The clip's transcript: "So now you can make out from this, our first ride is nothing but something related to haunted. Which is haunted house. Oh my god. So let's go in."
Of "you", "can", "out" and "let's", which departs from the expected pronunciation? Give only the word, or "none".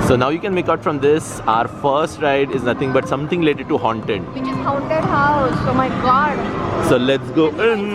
none